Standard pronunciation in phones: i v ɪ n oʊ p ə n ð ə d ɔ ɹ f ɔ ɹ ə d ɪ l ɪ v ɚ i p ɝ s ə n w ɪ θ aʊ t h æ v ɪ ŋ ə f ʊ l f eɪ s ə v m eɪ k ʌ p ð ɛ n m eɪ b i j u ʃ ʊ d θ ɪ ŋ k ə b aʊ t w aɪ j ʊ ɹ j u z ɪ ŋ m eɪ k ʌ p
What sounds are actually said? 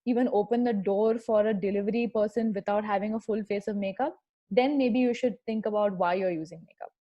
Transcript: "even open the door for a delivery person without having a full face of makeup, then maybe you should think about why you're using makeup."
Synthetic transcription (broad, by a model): i v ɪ n oʊ p ə n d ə d ɔ ɹ f ɔ ɹ ə d ɪ l ɪ v ɚ i p ɝ s ə n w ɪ t aʊ t h æ v ɪ ŋ ə f ʊ l f eɪ s ə v m eɪ k ʌ p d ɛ n m eɪ b i j u ʃ ʊ d t ɪ ŋ k ə b aʊ t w aɪ j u ɹ j u z ɪ ŋ m eɪ k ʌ p